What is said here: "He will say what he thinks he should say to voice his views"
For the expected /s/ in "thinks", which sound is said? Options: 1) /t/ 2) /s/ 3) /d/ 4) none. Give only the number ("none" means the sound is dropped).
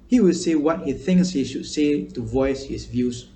2